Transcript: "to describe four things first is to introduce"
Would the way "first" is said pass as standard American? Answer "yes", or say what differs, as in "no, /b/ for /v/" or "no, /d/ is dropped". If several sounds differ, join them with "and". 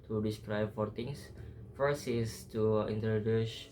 no, /t/ is dropped